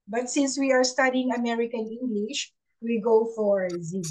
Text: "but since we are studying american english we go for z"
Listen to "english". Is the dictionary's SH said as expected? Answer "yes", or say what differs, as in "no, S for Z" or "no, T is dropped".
yes